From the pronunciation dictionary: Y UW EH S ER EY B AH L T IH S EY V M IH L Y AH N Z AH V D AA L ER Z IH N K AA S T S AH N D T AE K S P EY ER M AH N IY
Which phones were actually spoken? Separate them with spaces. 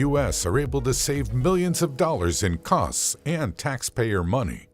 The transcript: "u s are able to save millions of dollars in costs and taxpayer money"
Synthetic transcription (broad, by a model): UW EH S ER EY B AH L T IH S EY V M IH L Y AH N Z AH V D AA L ER Z IH N K AA S T S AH N T AE K S P EY ER M AH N IY